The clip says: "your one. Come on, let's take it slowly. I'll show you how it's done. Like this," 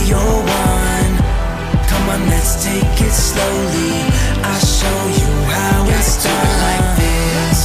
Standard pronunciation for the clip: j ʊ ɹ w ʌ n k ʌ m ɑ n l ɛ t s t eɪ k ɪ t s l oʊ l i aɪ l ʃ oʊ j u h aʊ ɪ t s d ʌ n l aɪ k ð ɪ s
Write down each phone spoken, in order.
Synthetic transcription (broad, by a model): j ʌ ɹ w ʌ n k ʌ m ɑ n l ɛ t s t eɪ k ɪ t s l oʊ l i aɪ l ʃ oʊ j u h aʊ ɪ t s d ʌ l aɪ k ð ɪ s